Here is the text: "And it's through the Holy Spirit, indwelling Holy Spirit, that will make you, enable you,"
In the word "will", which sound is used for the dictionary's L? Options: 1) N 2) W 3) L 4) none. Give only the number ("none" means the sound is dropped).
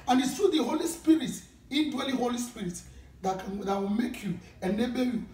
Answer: 2